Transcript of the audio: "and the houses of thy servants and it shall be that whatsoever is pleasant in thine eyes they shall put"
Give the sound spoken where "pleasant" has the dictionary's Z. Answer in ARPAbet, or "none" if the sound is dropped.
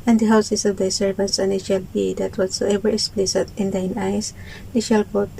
S